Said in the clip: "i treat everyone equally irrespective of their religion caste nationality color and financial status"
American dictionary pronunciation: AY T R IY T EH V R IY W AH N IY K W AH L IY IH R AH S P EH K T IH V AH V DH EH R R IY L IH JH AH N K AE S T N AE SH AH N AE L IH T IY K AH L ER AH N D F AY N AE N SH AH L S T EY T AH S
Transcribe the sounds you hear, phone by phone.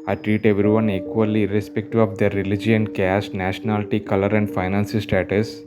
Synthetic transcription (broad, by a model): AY T R IY T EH V R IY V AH N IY K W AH L IY R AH S P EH K T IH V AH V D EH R R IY L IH JH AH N K AE S T N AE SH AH N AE L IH T IY K AH L ER AH N D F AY N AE N S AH S T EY T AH S